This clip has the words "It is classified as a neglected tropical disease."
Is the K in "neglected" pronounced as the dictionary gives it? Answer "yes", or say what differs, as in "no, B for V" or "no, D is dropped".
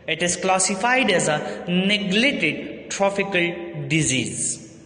no, K is dropped